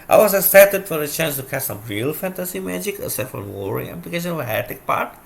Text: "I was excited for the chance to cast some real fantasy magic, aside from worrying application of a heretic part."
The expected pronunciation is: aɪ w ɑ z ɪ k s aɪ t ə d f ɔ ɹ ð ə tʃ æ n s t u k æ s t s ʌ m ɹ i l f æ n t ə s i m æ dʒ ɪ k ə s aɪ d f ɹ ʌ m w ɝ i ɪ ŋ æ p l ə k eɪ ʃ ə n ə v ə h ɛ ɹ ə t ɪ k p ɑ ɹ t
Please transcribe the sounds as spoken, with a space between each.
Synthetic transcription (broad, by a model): aɪ w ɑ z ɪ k s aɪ t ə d f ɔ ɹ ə tʃ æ n s t u k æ t s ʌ m ɹ i l f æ n t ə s i m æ dʒ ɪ k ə s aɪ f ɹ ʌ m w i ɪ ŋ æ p l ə k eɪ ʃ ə n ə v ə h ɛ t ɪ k p ɑ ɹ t